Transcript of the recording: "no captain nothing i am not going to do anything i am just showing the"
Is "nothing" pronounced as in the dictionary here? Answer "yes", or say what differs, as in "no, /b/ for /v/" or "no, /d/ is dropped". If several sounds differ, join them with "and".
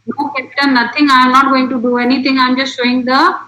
no, /t/ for /θ/